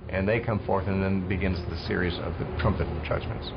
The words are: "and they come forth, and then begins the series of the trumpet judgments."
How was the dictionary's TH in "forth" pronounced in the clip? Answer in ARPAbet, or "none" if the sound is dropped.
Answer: TH